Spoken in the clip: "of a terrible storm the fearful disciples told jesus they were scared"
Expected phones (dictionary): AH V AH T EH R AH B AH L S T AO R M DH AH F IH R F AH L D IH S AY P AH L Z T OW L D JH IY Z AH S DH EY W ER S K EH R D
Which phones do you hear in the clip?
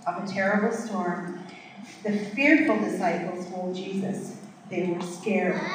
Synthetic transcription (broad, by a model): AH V AH T EH R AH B L S T AO R M DH AH F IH R F L D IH S AY P L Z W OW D JH IY Z AH S DH EY W ER S K EH R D